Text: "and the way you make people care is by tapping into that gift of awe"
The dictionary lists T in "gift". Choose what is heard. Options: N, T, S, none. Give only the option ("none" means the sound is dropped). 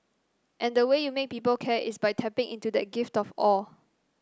T